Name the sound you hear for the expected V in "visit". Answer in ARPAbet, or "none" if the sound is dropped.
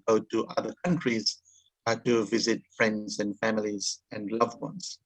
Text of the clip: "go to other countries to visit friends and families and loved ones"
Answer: V